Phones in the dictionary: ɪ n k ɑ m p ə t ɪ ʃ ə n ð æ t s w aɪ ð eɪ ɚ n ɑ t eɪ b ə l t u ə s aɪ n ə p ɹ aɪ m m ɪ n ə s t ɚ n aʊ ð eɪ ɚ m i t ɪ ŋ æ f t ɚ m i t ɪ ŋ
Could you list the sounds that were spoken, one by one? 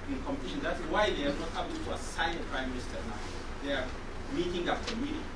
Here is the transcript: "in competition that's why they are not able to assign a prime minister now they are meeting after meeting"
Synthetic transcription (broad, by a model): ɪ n k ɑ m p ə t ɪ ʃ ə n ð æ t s w aɪ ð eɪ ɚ n ɑ t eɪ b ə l t u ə s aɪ ə p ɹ aɪ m m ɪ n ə s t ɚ n aʊ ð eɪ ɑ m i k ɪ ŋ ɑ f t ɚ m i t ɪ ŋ